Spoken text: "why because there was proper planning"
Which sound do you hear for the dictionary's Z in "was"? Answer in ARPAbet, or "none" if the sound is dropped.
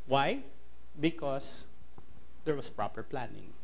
S